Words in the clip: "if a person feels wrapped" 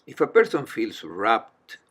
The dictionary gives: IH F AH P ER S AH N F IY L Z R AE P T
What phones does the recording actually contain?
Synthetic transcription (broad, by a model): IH F AH P ER S AH N F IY L S R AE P T